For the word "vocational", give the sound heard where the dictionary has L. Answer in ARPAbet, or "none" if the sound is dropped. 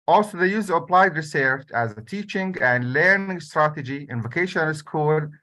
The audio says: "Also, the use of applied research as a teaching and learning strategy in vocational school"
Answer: N